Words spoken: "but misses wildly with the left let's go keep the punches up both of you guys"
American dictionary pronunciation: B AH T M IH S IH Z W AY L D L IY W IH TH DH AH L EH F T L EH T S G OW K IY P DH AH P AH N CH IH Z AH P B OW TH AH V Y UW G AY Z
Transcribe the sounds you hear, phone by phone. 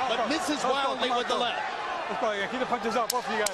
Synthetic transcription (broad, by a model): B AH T M IH S IH Z W AY L D L IY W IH DH AH L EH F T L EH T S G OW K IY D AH P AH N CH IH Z AH P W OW F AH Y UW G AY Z